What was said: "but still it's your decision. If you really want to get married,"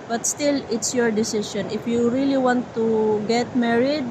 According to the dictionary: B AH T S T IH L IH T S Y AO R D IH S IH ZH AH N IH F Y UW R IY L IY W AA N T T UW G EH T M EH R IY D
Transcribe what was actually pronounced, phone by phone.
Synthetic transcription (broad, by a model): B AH T S T IH L IH T S Y AO R D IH S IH SH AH N IH F Y UW R IY L IY W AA N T T UW G EH T M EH R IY D